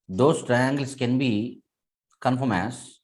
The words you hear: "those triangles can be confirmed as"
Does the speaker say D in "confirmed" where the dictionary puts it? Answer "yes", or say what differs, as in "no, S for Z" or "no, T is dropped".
no, D is dropped